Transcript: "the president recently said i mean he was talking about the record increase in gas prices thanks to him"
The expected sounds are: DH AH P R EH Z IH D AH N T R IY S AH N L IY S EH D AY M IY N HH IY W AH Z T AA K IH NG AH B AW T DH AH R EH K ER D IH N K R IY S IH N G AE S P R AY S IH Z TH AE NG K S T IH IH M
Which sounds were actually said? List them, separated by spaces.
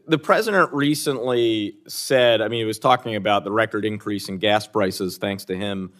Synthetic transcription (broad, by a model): DH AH P R EH Z IH D AH N T R IY S AH N L IY S EH D AY M IY N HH IY W AH Z T AA K IH NG AH B AW T DH AH R EH K ER D IH N K R IY S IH N G AE S P R AY S IH Z TH AE NG K S T IH IH M